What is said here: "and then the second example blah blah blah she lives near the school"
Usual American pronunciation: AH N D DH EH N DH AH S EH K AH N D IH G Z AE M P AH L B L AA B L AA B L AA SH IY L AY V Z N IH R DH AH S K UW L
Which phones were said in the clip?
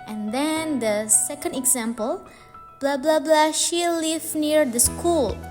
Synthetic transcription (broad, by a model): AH N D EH N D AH S EH K AH N D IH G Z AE M P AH L B L AA B L AA B L AA SH IY L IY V N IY R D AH S K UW L